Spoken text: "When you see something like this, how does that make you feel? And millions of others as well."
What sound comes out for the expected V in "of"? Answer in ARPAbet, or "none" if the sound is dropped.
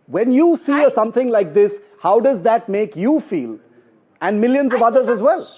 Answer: V